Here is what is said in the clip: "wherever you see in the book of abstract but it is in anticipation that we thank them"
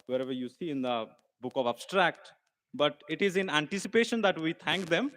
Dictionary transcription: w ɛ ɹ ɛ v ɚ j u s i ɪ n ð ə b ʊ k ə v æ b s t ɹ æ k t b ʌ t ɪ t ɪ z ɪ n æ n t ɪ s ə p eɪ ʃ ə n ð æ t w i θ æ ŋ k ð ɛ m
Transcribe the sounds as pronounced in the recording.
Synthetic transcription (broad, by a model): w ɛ ɹ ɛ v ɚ j u s i ɪ n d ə b ʊ k ə v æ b s t ɹ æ k t b ʌ t ɪ t ɪ z ɪ n æ n t ɪ s ə p eɪ ʃ ə n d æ t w i t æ ŋ k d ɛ m